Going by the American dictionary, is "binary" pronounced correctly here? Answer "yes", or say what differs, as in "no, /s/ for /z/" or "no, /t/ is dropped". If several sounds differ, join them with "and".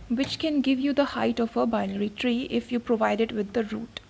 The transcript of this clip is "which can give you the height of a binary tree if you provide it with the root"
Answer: no, /l/ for /n/